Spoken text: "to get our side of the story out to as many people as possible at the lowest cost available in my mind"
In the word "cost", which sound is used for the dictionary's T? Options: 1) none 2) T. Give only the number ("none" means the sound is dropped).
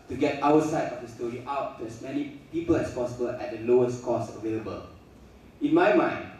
1